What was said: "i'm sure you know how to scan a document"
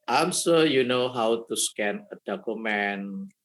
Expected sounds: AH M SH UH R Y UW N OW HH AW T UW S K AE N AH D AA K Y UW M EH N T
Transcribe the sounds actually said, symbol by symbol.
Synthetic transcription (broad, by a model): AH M S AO Y UW N OW HH AW T UW S K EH N AH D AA K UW M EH N